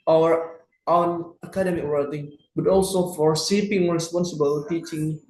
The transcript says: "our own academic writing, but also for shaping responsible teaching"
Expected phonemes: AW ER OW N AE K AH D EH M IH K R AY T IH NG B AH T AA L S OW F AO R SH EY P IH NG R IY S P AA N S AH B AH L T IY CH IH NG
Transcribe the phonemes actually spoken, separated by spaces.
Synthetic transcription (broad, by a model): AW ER OW N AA K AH D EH M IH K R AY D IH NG B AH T AA L S OW F AO R S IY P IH NG R IY S P AA N S AH B AH L T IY CH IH NG